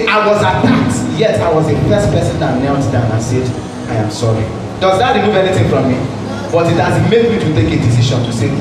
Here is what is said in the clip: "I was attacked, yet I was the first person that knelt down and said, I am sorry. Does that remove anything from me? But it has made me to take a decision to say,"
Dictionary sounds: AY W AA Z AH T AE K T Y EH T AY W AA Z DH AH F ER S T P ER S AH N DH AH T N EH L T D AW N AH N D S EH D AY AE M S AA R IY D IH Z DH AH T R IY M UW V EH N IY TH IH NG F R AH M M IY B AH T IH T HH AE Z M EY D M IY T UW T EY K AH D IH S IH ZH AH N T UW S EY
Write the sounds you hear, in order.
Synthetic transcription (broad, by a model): AY W AA Z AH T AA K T Y EH T AY W AA Z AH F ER S T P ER S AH N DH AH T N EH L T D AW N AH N S EH D AY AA M S AA R IY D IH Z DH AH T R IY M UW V EH N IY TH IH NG F R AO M M IY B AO T IH T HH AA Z M EY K M IY T UW T EY K AH D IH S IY SH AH N T UW S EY